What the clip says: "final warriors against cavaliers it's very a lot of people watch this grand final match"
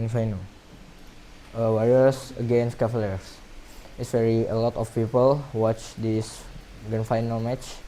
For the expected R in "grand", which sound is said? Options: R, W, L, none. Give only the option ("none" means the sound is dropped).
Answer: none